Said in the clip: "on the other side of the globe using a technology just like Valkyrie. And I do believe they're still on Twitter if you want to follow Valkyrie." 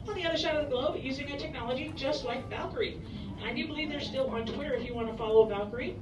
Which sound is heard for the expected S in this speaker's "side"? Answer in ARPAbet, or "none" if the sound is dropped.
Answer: SH